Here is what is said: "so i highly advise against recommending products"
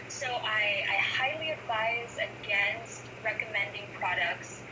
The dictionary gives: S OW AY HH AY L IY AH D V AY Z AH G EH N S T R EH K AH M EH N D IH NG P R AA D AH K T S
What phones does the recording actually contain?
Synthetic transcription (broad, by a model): S OW AY HH AY L IY AH D V AY Z AH G EH N S T R EH K AH M EH N D IH NG P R AA D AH K T S